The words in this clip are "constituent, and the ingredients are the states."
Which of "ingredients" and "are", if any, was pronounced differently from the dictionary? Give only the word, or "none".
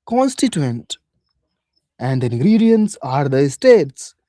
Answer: none